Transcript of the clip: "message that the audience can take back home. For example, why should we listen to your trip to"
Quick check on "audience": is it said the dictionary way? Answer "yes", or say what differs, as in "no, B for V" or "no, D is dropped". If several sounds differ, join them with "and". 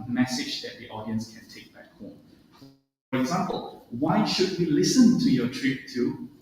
yes